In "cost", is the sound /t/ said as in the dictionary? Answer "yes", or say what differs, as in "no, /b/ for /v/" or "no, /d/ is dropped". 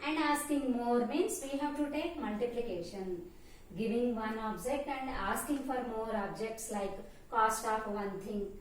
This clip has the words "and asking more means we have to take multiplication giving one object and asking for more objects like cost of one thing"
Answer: yes